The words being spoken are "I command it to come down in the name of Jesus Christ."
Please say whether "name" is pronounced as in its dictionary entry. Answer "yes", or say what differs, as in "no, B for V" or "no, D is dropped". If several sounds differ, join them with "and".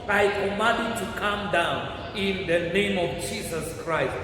yes